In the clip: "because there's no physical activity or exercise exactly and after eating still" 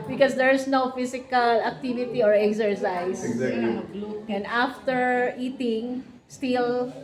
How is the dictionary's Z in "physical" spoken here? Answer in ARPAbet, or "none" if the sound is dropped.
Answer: S